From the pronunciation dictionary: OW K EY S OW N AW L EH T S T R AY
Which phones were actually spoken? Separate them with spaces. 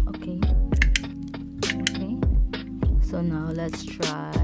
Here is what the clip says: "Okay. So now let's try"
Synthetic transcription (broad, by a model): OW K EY S OW N AW L EH T S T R AY